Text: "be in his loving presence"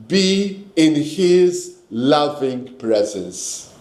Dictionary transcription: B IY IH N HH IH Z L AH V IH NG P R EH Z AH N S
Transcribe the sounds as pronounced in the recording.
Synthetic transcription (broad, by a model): B IY IH N HH IH Z L AH V IH NG P R EH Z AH N S